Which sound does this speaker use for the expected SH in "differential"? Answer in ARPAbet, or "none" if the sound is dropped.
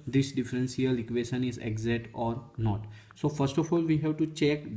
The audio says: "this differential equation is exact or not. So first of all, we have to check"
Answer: S